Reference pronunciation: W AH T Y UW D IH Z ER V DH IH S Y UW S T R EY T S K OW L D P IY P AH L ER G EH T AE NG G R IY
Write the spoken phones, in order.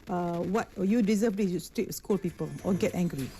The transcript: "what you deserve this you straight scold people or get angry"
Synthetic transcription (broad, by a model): W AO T Y UW D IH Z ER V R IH Y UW S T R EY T S K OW L P IY P AH L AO G EH T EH NG G R IY